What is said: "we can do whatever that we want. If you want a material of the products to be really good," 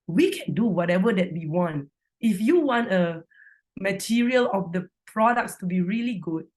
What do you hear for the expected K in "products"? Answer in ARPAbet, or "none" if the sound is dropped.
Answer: K